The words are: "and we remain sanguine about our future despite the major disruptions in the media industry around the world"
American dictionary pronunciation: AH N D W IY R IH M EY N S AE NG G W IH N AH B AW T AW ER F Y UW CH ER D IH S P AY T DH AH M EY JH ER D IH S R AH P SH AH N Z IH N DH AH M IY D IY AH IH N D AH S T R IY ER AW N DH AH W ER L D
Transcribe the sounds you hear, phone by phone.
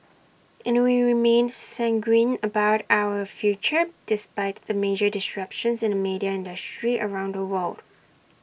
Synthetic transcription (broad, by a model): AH N W IY R IH M EY N S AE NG G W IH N AH B AW T AW ER F Y UW CH ER D IH S P AY T DH AH M EY JH ER D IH S R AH P SH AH N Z IH N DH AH M IY D IY AH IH N D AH S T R IY ER AW N DH AH W ER L D